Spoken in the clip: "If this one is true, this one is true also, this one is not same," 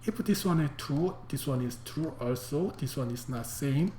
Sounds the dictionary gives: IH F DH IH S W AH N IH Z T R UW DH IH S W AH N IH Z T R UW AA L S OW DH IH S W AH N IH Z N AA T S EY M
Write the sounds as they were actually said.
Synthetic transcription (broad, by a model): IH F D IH S W AH N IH T R UW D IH S W AH N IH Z T R UW AA L S OW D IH S W AH N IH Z N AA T S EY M